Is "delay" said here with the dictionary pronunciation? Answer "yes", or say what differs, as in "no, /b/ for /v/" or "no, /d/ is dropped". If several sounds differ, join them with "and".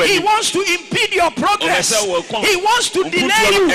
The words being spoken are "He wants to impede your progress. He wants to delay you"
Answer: no, /n/ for /l/